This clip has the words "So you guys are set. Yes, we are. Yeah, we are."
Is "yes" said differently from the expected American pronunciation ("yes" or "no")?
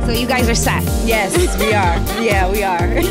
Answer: no